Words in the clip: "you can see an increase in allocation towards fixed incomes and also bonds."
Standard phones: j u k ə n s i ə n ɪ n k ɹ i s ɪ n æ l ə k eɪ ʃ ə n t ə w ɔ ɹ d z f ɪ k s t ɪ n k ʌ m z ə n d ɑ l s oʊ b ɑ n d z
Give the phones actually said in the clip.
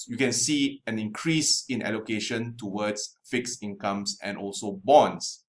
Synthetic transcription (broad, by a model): j u k ə n s i ə n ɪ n k ɹ i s ɪ n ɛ l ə k eɪ ʃ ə n t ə w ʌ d s f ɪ k s ɪ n k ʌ m s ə n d ɑ l s oʊ b ɑ n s